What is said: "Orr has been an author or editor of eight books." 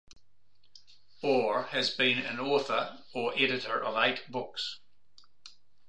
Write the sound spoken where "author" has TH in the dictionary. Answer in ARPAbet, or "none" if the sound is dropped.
TH